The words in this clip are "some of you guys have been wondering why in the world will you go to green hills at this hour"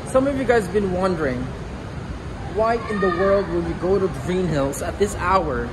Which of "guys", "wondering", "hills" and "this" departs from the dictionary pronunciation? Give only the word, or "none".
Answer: none